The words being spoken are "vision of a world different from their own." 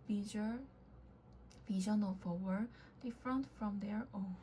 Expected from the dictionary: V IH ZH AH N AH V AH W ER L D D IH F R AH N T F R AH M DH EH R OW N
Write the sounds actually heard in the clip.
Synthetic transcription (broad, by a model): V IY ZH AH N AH F AH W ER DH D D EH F R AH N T F R AH M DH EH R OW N